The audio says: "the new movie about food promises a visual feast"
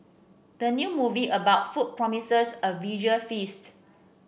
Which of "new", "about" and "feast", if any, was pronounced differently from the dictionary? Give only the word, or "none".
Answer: none